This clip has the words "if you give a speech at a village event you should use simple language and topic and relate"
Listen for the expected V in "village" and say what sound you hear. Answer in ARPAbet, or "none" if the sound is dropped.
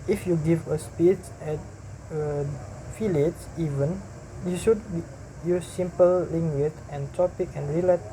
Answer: F